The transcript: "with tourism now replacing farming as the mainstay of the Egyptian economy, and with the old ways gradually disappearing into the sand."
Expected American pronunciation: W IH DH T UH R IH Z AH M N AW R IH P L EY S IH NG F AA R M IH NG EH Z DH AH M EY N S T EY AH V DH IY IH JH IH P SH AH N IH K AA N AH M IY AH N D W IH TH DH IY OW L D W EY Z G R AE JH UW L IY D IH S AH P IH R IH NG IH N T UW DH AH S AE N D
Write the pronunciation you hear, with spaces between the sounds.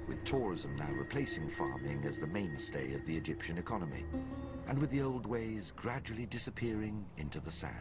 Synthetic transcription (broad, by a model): W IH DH T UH R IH Z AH M N AW R IH P L EY S IH NG F AA R M IH NG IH Z DH AH M EY N S T EY AH V DH IY IH JH IH P SH AH N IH K AA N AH M IY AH N W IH DH IY OW L D W EY Z G R AE JH UW L IY D IH S AH P IH R IH NG IH N T UW DH AH S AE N